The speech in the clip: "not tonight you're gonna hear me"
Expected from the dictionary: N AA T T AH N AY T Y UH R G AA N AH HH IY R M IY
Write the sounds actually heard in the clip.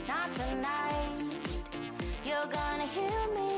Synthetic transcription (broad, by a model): N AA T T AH N AY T Y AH R G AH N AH HH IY L M IY